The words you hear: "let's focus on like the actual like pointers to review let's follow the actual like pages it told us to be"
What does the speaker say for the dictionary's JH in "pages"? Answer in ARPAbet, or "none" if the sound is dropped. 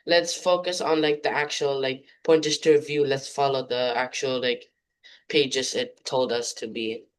JH